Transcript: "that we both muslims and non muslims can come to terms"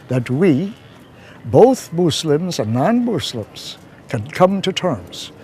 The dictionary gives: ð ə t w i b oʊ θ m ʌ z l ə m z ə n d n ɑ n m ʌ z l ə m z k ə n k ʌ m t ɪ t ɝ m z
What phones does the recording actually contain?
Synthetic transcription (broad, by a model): ð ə t w i b oʊ θ m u s l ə m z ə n n ɑ n m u s l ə m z k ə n k ʌ m t ɪ t ɝ m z